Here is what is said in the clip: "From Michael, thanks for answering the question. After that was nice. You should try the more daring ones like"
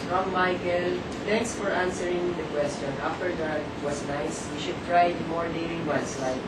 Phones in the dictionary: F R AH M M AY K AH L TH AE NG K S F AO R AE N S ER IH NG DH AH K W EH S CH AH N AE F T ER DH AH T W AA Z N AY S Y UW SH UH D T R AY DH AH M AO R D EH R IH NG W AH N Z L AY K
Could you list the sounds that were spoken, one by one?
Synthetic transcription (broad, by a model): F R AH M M AY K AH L T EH NG K S F AO R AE N S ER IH NG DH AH K W EH S CH AH N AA F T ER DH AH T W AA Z N AY S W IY SH UH D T R AY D M AO R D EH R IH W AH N S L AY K